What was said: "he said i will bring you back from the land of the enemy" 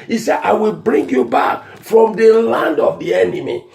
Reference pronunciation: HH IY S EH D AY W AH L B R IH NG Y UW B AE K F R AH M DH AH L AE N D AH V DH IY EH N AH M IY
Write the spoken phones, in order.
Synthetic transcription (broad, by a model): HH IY S EH D AY W AH L B R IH NG Y UW B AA K F R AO M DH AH L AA N D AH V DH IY EH N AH M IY